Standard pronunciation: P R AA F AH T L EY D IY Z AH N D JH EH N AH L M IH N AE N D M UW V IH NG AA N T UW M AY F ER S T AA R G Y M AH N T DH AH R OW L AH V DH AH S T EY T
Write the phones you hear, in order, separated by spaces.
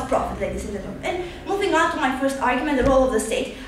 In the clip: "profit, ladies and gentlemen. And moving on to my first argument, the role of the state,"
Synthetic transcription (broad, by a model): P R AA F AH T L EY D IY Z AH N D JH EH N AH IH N N M UW V IH NG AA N T UW M AY F ER S T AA R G Y M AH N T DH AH R OW L AH V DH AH S T EY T